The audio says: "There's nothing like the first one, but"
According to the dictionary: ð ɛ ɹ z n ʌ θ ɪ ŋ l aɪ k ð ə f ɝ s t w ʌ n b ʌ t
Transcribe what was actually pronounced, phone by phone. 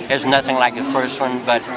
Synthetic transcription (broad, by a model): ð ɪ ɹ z n ʌ θ ɪ ŋ l aɪ k ð ə f ɝ s t w ʌ n b ʌ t